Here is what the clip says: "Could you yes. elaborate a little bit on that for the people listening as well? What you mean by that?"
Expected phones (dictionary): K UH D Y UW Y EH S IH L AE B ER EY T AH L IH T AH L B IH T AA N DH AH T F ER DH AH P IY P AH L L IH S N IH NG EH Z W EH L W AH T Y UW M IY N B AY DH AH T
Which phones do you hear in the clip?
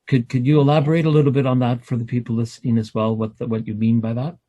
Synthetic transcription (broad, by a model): K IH D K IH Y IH IH L AE B ER EY T AH L IH T L B IH T N DH AH T F ER DH AH P IY P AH L L IH S N IH NG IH Z W EH L W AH T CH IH M IY N B AY DH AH T